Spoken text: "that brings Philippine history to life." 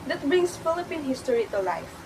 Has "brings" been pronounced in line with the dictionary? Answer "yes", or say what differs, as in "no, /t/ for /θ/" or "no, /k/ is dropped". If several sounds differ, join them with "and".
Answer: no, /s/ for /z/